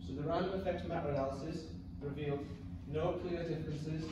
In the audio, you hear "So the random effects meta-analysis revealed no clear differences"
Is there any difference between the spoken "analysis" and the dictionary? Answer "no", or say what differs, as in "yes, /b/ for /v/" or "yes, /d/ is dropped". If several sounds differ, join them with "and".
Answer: yes, /n/ is dropped